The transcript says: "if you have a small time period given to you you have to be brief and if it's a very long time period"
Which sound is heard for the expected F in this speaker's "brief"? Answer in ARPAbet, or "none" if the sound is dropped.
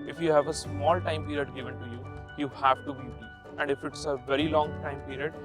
none